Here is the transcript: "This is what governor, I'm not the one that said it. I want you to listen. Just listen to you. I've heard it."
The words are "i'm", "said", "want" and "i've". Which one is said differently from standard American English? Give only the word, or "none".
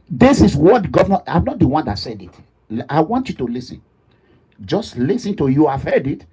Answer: none